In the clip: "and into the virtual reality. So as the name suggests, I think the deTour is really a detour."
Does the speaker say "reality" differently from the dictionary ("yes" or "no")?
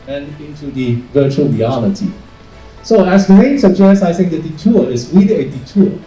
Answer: yes